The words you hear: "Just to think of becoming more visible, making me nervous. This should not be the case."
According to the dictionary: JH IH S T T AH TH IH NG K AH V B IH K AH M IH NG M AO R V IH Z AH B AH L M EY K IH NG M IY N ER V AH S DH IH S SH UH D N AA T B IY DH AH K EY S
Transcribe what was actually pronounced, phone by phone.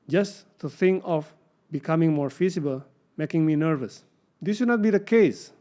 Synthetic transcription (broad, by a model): JH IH S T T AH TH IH NG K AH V B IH K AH M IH NG M AO R F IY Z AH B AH L M EY K IH NG M IY N ER V AH S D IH S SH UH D N AA T B IY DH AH K EY S